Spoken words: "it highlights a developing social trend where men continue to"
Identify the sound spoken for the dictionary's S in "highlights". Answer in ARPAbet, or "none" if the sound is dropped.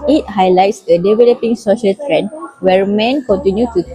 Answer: S